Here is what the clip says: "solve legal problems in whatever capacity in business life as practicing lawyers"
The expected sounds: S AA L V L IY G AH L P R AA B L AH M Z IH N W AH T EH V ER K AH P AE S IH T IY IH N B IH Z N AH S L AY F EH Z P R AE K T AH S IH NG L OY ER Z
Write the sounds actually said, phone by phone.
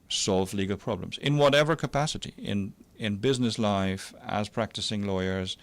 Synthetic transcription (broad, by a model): S AA L V L IY G AH L P R AA B L AH M Z IH N W AH T EH V ER K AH P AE S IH T IY IH N B IH Z N AH S L AY F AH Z P R AE K T AH S IH NG L OY ER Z